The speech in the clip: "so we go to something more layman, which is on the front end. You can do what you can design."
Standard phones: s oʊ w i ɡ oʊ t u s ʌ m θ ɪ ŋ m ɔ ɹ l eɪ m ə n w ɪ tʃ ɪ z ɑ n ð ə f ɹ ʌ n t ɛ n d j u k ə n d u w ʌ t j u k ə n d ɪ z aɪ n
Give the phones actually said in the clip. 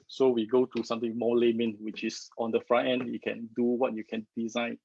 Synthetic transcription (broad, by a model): s oʊ w i ɡ oʊ t u s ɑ m t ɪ ŋ m ɔ l eɪ m ə n w ɪ tʃ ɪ s ɑ n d ə f ɹ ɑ t ɛ n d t k ə n d u w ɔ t j u k ə n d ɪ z aɪ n